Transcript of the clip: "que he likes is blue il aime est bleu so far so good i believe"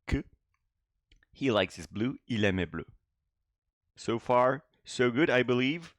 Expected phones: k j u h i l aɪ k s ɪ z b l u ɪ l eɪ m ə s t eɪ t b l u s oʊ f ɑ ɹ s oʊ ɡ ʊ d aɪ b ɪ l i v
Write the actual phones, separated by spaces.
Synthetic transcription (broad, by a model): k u h i l aɪ k s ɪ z b l u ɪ l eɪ m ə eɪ b l u s oʊ f ɑ ɹ s oʊ ɡ ʊ d aɪ b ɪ l i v